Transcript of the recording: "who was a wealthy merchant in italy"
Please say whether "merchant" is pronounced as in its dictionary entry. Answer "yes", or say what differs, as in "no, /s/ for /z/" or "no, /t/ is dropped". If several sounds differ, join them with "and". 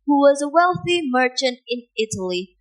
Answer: yes